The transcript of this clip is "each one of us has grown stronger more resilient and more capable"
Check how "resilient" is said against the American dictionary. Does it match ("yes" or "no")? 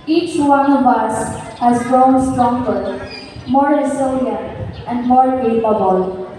no